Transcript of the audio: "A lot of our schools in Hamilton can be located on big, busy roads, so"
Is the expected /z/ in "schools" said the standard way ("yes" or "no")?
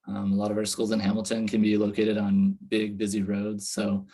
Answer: yes